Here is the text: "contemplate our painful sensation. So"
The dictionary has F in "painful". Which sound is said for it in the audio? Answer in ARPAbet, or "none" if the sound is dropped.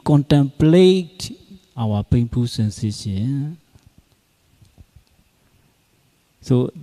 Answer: P